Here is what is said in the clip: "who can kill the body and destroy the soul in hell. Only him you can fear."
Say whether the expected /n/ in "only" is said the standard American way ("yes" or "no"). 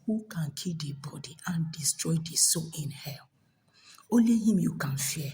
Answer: no